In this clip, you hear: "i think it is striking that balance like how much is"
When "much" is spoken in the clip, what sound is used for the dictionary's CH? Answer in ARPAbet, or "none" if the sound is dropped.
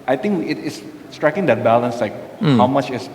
CH